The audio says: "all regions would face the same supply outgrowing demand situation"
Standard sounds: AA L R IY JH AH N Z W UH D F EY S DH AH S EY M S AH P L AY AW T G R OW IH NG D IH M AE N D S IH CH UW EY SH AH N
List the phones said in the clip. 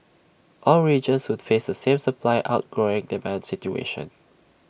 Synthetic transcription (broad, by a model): AA L R IY JH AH N S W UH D F EY S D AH S EY M S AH P L AY AW T G R OW IH NG D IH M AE N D S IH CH UW EY SH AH N